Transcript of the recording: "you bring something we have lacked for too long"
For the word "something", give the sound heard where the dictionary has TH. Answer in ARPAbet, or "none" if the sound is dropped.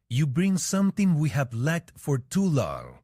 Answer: T